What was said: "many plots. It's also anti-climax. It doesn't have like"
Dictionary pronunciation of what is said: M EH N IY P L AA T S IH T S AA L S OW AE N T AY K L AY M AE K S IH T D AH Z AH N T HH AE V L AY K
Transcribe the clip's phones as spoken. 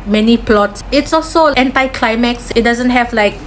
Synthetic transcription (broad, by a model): M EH N IY P L AA T S IH T S AA L S OW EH N T AY K L AY M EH K S IH T D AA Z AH N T HH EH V L AY K